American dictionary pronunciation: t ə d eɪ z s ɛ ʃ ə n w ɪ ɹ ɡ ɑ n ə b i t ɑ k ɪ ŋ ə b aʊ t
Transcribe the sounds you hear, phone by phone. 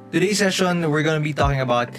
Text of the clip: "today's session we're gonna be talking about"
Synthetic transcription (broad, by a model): t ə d eɪ s ɛ ʃ ə n w ɪ ɹ ɡ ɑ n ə b i t ɑ k ɪ ŋ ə b aʊ t